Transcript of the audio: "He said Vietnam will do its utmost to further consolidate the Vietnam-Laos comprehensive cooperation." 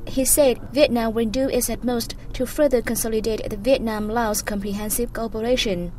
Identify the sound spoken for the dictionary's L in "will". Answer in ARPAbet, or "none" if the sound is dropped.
N